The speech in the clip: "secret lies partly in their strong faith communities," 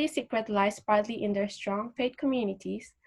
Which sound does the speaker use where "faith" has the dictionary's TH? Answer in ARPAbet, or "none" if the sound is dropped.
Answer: T